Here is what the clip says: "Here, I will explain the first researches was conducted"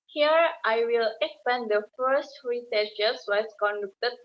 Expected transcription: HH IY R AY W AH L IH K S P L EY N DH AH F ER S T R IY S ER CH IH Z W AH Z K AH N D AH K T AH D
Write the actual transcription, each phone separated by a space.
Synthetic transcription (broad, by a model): HH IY R AY W AH L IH K S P EY N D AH F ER S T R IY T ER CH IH S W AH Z K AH N D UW K T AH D